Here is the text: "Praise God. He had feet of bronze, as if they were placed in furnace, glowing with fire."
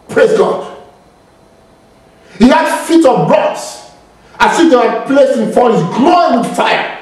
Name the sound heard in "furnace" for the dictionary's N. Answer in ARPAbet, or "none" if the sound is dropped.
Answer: none